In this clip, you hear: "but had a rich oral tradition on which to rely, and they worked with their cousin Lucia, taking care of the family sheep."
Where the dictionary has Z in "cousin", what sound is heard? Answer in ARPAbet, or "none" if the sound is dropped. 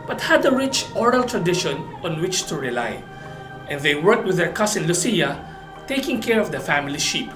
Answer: S